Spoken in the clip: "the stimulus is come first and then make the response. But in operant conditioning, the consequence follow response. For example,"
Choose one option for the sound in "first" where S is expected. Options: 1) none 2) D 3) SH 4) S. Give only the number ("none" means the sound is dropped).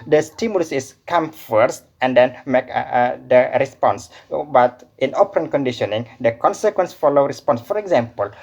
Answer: 4